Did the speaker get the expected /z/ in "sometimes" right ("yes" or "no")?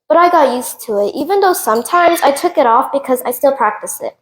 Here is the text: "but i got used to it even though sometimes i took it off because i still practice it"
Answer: yes